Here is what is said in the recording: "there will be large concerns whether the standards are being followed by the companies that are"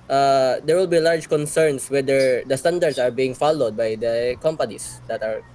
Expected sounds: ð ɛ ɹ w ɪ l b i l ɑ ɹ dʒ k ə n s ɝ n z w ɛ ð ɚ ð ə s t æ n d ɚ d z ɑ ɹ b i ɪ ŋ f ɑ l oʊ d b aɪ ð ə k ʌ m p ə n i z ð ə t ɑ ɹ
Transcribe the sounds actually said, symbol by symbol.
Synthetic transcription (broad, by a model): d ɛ ɹ w ɪ l b i l ɑ ɹ dʒ k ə n s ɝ n s w ɛ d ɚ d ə s t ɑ n d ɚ d s ɑ ɹ b i ɪ ŋ f ɑ l oʊ d b aɪ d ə k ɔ m p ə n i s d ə t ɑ ɹ